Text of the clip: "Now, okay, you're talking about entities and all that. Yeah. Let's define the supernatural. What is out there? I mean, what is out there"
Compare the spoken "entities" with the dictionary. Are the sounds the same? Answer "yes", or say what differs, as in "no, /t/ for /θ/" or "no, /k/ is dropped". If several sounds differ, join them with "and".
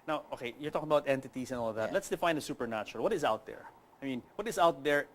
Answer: no, /s/ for /z/